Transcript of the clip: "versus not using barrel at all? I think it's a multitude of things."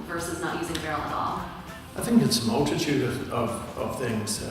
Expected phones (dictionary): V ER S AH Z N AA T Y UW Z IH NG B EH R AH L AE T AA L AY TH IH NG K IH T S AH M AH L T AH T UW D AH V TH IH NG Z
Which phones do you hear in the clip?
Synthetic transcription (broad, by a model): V ER S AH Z N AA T Y UW Z IH NG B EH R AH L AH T AA L AY TH IH NG K IH T S AH M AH L T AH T UW D AH V TH IH NG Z